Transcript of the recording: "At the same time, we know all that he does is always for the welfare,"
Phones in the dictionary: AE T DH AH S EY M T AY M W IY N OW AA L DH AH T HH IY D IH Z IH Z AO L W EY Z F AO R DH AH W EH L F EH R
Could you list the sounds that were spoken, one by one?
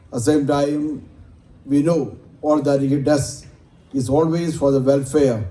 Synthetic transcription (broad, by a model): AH S EY M T AY M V IY N OW AA L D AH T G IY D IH S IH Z AO L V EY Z F AO R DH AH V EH L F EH R